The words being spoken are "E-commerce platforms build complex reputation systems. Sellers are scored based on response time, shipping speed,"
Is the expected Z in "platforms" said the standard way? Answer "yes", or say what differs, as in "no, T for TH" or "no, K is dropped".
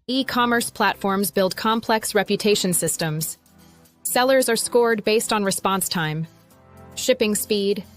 yes